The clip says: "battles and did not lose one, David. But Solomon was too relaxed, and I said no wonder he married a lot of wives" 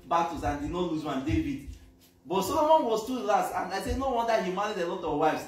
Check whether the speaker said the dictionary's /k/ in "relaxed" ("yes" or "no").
no